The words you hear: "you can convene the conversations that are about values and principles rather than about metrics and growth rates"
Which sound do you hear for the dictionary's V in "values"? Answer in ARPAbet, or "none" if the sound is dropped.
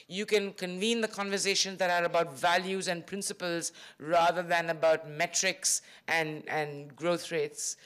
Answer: V